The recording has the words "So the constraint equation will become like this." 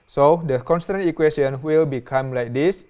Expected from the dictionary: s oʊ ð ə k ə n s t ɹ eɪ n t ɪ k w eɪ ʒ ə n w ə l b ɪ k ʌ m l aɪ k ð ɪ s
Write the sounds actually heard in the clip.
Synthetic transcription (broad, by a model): s oʊ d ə k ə n s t ɑ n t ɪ k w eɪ s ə n w ə l b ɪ k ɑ m l aɪ k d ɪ s